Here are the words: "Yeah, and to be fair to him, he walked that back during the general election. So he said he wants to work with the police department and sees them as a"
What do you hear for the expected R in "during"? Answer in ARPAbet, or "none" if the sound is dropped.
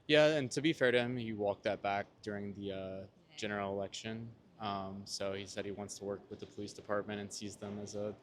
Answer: R